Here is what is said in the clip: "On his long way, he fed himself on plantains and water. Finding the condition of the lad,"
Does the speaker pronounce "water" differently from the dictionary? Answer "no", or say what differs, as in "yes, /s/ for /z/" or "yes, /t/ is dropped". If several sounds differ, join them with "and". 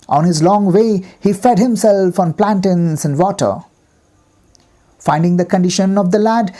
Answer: no